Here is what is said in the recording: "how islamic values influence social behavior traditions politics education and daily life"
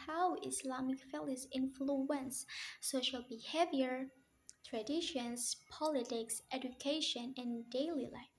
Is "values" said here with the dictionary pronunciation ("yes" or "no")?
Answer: no